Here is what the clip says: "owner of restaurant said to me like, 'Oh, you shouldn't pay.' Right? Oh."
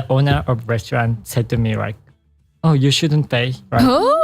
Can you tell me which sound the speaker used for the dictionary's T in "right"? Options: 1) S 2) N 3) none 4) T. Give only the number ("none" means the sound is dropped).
3